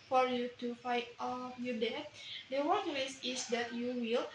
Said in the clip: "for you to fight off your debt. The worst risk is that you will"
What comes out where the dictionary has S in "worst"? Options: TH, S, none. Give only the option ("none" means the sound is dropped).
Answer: none